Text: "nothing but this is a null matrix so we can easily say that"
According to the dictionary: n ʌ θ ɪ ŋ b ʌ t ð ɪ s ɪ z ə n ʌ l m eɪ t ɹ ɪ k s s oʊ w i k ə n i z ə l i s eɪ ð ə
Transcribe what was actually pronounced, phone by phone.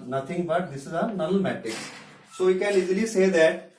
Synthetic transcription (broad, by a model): n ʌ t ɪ ŋ b ʌ t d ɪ s ɪ z ə n ʌ l m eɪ t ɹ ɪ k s s oʊ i k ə l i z l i s eɪ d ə